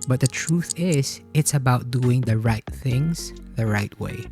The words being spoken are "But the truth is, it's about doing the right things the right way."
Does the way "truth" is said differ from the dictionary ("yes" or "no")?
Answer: no